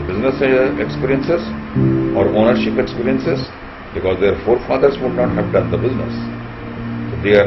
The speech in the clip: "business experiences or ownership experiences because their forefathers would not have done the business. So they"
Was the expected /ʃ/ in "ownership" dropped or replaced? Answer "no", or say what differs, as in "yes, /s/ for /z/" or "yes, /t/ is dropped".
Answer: no